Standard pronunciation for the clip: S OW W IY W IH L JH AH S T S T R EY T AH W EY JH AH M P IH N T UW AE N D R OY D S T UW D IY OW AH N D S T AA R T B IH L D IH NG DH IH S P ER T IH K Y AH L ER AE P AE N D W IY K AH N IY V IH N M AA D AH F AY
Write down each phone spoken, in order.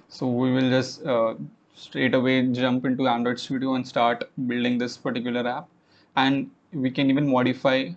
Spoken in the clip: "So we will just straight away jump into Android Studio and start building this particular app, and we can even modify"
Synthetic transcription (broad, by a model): S OW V IY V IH L JH AH S T S T R EY T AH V EY JH AH M P IH N T UW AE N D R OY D S T UW D IY OW AH N D S T AA R T B IH L D IH NG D IH S P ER T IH K Y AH L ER AE P AE N D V IY K AH N IY V IH N M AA D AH F AY